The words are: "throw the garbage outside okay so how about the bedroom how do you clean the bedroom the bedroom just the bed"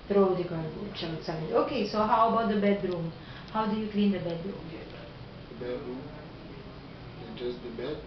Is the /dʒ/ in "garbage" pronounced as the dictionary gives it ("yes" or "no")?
no